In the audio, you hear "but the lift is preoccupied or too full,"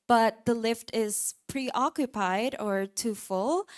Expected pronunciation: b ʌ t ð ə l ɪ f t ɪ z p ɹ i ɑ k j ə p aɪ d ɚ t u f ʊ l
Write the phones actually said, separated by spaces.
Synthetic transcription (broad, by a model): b ʌ t ð ə l ɪ f t ɪ z p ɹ i ɑ k j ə p aɪ d ɚ t u f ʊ l